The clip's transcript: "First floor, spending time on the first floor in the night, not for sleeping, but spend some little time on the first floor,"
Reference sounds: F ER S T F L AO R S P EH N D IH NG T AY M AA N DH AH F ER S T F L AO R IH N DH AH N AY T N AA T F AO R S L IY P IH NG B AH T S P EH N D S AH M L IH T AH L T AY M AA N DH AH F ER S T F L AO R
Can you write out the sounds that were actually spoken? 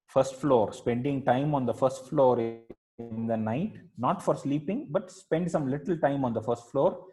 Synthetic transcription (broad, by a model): F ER S T F L AO R S P EH N D IH NG T AY M AA N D AH F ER S T F L AO R IH N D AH N AY T N AA T F AO R S L IY P IH NG B AH T S P EH N D S AH M L IH T AH L T AY M AA N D AH F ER S T F L AO R